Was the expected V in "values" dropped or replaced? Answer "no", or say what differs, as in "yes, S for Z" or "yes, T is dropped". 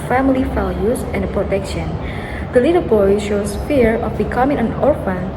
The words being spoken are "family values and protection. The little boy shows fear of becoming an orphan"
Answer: yes, F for V